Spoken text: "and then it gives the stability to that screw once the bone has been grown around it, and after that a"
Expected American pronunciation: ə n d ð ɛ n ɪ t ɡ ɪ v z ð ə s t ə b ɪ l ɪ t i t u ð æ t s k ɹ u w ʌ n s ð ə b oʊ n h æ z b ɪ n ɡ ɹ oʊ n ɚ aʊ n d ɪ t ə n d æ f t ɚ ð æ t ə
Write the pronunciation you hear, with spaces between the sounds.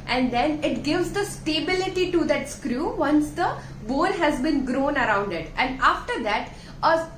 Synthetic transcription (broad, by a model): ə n d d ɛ n ɪ t ɡ ɪ v z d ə s t ə b ɪ l ɪ t i t u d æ t s k ɹ u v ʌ n s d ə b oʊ l h æ z b ɪ n ɡ ɹ oʊ n ɚ aʊ n d ɪ t ə n d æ f t ɚ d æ t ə